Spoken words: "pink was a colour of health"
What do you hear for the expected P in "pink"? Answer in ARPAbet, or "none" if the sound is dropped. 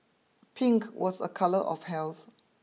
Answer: P